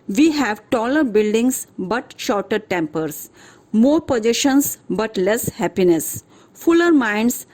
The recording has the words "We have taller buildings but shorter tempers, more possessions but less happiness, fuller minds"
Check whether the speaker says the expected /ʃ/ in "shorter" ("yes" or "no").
yes